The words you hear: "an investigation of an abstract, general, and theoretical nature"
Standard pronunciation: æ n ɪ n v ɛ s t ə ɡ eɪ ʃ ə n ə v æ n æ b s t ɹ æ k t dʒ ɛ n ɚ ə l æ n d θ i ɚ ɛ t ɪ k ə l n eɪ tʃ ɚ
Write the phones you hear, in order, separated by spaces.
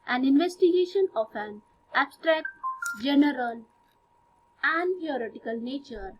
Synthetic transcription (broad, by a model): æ n ɪ n v ɛ s t ə ɡ eɪ ʃ ə n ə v æ n æ b s t ɹ æ k t dʒ ɛ n ɚ ə l æ n d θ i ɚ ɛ t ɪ k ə l n eɪ tʃ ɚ